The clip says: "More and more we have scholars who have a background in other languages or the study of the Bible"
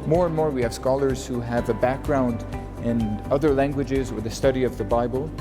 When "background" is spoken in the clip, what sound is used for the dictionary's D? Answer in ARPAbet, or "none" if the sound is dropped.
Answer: D